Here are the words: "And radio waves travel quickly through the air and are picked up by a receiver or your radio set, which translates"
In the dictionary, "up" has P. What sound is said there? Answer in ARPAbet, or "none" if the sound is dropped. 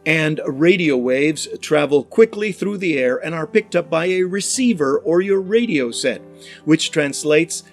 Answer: P